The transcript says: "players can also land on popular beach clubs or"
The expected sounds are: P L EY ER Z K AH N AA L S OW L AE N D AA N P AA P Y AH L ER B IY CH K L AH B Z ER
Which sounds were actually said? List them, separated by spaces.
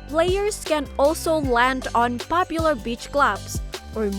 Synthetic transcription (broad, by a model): P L EY ER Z K AH N AA L S OW L AE N D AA N P AA P Y AH L ER B IY CH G L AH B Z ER